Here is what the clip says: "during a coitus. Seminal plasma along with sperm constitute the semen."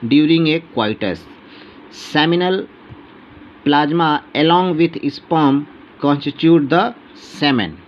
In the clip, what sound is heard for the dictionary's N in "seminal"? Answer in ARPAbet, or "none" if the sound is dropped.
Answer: N